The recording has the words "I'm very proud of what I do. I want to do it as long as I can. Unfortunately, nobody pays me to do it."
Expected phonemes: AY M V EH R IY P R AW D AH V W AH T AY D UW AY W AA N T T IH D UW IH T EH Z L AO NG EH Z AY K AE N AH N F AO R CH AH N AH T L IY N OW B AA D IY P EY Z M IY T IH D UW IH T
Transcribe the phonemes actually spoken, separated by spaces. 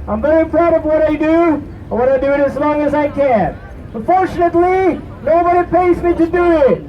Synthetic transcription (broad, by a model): AY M V EH R IY P R AW D AH V W AH T AY D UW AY W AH T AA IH D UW IH T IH Z L AO NG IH Z AY K AE N AH N F AO R CH AH N AH T L IY N OW B AA D IY P EY Z M IY T IH D UW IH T